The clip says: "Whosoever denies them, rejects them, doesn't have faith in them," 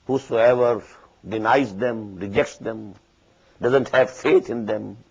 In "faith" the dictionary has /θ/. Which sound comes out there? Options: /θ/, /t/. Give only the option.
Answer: /t/